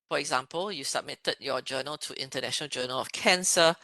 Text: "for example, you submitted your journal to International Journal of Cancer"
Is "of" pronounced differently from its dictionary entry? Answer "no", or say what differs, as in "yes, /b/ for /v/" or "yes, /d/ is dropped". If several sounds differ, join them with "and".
yes, /f/ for /v/